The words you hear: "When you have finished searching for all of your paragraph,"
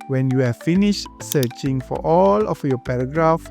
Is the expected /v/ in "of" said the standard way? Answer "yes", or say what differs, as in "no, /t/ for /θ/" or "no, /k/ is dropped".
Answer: no, /f/ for /v/